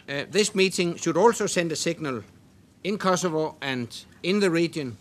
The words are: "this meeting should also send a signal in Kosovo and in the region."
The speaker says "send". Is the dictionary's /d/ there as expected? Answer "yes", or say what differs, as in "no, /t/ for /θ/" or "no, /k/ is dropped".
yes